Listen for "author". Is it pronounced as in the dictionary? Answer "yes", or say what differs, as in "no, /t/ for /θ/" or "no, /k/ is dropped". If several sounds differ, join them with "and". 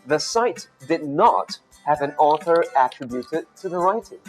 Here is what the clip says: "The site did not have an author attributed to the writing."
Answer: yes